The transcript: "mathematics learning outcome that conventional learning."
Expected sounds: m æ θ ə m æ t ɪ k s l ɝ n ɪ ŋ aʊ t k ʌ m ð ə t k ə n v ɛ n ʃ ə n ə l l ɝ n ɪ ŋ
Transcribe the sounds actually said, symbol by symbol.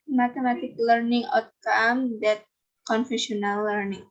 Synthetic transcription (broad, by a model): m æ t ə m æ t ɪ k l ɝ n ɪ ŋ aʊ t k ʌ m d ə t k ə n f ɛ ʃ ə n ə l l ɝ n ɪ ŋ